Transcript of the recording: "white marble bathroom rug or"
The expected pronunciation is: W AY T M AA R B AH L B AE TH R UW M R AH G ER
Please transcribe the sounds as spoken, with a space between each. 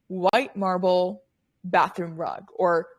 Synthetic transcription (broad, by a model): W AY T M AA R B L B AE TH R UW M R AH G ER